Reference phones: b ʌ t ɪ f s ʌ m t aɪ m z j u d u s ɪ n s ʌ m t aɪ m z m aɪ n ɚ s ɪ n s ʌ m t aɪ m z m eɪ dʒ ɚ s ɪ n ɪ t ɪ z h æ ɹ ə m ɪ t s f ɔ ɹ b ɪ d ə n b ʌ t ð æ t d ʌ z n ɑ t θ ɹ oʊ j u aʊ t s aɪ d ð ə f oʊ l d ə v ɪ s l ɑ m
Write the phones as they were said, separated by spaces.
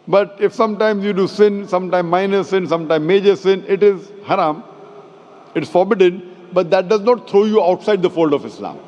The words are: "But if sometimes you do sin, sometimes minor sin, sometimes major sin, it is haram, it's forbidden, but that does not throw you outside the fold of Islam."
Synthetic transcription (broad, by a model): b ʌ t ɪ f s ʌ m t aɪ m z j u d u s ɪ n s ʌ m t aɪ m m aɪ n ɚ s ɪ n s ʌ m t aɪ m m eɪ dʒ ɚ s ɪ n ɪ t ɪ z h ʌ ɹ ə m ɪ t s f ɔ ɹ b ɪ d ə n b ʌ t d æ t d ʌ z n ɑ t t ɹ oʊ j u aʊ t s aɪ d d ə f oʊ l d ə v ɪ s l ɑ m